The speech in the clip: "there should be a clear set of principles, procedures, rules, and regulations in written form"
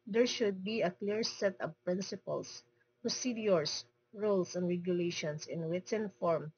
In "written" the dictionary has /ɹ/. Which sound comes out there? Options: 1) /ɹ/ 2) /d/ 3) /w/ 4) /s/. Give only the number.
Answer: 3